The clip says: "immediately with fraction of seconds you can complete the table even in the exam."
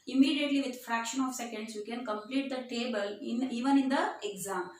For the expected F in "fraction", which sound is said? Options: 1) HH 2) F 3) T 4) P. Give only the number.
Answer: 2